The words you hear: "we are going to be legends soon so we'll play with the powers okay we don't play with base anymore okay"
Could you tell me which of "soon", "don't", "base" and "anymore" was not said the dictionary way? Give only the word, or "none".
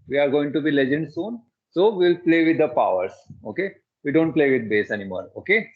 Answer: anymore